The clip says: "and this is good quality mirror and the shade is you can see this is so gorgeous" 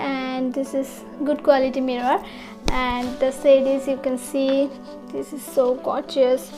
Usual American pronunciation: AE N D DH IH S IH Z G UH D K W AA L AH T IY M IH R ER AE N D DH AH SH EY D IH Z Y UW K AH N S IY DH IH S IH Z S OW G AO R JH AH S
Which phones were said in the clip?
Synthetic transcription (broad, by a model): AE N D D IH S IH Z G UH D K W AA L AH T IY M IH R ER AE N D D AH S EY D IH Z Y UW K AH N S IY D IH S IH Z S OW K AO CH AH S